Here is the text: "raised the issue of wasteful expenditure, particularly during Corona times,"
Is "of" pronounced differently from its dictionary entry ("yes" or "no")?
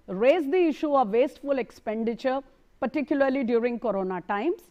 no